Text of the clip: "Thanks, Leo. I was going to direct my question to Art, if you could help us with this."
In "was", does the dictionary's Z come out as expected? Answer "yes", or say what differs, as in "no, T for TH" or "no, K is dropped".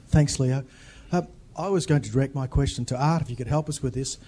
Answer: yes